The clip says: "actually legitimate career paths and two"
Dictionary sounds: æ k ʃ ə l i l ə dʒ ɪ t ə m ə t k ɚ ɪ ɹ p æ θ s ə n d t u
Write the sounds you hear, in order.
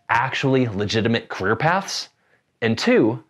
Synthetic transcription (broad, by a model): æ k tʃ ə l i l ə dʒ ɪ t ə m ə t k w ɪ ɹ p æ θ s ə n t u